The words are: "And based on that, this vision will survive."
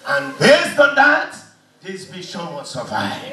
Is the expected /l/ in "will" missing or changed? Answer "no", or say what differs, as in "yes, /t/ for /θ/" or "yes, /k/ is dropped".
yes, /n/ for /l/